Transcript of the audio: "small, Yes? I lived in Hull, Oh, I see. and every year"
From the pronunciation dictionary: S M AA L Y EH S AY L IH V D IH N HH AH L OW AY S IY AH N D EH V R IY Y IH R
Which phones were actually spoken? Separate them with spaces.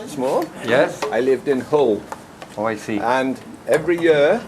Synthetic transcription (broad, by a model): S M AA Y EH S AY L IH V D IH N HH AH L OW AY S IY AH N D EH V R IY Y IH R